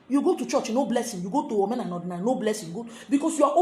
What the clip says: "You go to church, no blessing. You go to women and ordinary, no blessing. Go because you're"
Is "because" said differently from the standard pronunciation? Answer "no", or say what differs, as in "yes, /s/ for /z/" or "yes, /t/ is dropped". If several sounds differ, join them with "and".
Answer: yes, /s/ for /z/